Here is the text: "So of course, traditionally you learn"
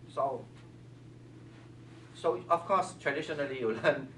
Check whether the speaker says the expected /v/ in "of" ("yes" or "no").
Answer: no